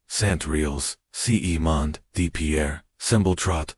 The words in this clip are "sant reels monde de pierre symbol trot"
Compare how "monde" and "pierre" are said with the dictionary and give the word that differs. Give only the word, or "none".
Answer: none